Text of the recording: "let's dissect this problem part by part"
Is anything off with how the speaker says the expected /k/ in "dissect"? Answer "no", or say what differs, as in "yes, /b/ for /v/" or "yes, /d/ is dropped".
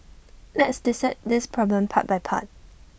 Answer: yes, /k/ is dropped